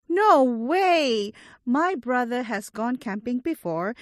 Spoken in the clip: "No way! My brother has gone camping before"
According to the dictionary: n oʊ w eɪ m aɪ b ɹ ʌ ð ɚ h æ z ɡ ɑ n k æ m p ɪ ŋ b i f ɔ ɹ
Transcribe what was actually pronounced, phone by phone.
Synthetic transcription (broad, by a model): n oʊ w eɪ m aɪ b ɹ ʌ ð ɚ h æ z ɡ ɑ n k æ m p ɪ ŋ b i f ɔ ɹ